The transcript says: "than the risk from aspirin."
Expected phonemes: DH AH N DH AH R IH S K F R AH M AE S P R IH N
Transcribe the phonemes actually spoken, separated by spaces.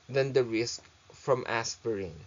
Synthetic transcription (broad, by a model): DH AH N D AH R IH S K F R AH M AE S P R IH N